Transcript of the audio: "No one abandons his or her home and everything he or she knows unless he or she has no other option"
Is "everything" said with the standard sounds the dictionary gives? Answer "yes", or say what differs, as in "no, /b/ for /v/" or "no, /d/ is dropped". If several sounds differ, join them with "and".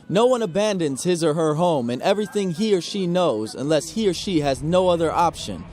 yes